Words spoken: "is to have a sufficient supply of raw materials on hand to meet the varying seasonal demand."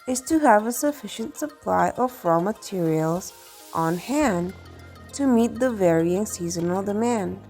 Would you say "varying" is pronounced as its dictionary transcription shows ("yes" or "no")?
yes